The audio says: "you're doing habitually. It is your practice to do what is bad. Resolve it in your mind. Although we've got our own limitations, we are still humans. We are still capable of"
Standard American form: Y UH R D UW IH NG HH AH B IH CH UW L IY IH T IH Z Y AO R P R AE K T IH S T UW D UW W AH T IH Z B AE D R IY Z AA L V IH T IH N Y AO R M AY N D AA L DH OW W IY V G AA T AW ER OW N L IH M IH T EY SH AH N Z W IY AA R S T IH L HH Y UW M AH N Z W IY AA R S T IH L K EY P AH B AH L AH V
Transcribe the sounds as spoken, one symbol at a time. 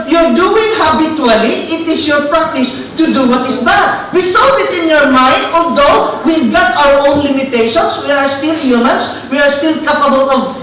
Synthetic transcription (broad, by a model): Y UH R D UW IH NG HH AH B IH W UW L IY IH T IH S Y AO R P R AE K T IH S T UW D UW W AH T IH S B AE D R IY S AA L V IH T IH N Y AO R M AY N D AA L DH OW W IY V G AA T AW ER OW N L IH M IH T EY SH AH N S W IY AA R S T IH L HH Y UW M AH N S W IY AA R S T IH L K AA P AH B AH L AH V